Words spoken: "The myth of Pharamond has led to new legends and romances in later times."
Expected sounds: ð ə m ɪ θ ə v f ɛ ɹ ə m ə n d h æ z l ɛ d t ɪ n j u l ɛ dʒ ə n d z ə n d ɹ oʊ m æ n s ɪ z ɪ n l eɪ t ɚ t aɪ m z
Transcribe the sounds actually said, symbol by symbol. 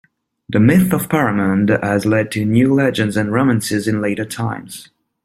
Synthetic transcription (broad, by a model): ð ə m ɪ θ ə v p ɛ ɹ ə m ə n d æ z l ɛ d t ɪ n j u l ɛ dʒ ə n d z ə n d ɹ oʊ m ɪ n s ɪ z ɪ n l eɪ t ɚ t aɪ m z